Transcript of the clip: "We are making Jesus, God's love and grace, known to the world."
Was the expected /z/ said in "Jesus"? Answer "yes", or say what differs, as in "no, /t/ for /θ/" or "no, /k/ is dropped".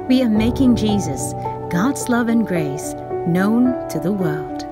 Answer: yes